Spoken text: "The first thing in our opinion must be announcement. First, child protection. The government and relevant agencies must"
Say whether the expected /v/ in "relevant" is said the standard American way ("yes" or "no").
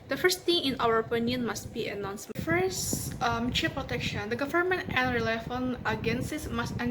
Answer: no